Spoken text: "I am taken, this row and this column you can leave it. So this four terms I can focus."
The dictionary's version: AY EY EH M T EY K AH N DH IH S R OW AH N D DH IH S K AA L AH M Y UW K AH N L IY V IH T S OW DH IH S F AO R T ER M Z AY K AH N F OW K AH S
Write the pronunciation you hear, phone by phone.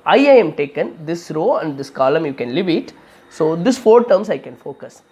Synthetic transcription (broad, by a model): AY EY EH M T EY K AH N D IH S R OW AH N D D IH S K AA L AH M Y UW K AH N L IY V IH T S OW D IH S F AO R T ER M S AY K AH N F OW K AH S